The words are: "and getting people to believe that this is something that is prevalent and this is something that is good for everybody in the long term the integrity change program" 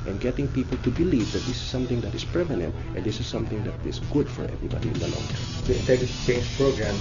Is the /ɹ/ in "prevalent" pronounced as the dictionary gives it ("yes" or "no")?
no